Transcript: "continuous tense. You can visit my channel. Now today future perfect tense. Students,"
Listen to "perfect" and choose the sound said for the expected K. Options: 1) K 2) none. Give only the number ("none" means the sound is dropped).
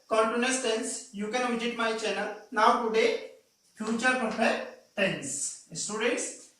2